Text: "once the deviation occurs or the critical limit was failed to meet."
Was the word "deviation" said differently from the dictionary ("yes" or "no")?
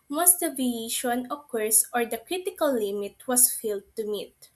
yes